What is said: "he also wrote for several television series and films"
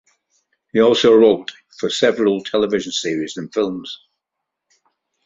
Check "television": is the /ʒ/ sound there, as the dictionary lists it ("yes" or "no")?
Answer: yes